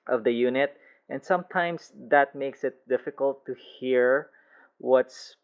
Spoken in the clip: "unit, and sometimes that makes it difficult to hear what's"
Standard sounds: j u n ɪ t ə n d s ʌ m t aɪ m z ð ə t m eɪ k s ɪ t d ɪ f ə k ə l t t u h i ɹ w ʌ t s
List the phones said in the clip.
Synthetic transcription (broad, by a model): j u n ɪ t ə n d s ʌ m t aɪ m s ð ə t m eɪ k s ɪ t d ɪ f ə k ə l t t u h i ɹ w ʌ t s